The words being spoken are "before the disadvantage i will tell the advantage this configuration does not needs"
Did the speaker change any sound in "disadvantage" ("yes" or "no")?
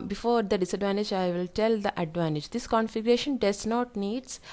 no